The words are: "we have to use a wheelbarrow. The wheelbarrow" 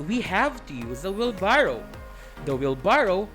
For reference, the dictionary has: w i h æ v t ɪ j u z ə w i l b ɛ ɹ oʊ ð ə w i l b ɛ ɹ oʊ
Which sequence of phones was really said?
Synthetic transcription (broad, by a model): w i h æ v t ɪ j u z ə w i l b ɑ ɹ oʊ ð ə w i l b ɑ ɹ oʊ